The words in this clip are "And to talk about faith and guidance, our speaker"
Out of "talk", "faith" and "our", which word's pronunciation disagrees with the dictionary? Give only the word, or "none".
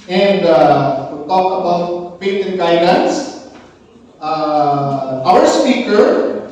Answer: faith